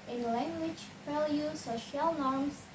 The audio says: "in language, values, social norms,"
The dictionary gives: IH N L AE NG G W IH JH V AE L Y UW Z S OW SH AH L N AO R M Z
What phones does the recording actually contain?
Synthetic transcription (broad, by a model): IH N L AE NG G W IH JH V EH L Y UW S OW SH AH L N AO R M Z